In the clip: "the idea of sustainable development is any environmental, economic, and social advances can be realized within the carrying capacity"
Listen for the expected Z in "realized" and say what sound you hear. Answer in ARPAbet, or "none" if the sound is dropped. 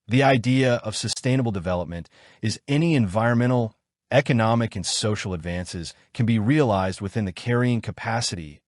Z